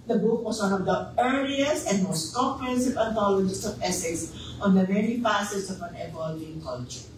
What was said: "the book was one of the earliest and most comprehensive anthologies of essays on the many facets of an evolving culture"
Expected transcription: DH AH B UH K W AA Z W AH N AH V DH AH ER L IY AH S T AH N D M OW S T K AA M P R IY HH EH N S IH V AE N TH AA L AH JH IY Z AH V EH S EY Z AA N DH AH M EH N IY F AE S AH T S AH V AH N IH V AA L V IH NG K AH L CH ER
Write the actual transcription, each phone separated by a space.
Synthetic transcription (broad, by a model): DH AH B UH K W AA S W AH N AH V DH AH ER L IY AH S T AH N D M OW S T K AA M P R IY HH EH N S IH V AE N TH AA L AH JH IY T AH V EH S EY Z AA N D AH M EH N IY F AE S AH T S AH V AH N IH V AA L IH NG K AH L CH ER